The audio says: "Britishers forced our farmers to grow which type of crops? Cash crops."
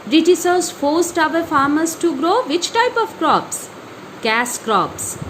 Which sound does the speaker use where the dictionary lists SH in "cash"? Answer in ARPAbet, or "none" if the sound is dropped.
S